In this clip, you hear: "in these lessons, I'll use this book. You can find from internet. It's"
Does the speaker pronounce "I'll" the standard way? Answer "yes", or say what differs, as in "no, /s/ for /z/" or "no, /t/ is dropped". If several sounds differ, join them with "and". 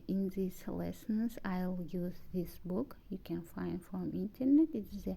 yes